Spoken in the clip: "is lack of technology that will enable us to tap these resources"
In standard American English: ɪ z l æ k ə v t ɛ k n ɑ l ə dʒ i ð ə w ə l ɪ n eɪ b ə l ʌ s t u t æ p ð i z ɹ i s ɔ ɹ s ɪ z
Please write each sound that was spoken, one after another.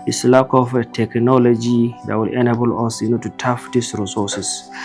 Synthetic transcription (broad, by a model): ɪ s l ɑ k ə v t ɛ k n ɑ l ə dʒ i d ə w ə l ɪ n eɪ b ə l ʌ s t u t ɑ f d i s ɹ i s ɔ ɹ s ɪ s